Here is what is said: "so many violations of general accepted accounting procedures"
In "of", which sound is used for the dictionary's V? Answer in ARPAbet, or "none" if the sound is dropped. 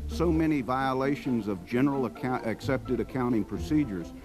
V